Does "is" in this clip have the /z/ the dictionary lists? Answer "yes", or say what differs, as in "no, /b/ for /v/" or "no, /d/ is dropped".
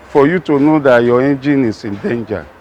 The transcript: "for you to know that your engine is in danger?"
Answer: no, /s/ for /z/